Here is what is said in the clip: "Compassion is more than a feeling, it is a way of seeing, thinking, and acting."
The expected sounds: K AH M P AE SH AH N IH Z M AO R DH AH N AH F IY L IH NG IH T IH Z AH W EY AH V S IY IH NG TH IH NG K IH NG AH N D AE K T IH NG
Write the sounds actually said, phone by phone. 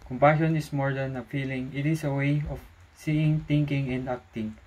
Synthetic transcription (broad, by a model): K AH M P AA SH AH N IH S M AO R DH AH N AH F IY L IH NG IH T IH S AH W EY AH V S IY IH NG T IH NG K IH NG AH N D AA K T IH NG